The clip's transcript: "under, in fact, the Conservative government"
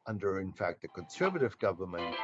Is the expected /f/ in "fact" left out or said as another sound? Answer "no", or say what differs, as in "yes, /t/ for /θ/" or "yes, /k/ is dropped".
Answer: no